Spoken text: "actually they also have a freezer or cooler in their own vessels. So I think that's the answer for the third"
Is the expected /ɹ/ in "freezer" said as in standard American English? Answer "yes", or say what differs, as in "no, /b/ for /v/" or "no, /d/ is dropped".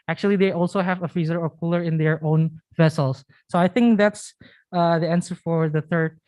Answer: no, /ɹ/ is dropped